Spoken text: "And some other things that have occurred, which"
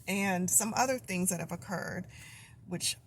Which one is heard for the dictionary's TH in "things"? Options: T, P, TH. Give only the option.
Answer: TH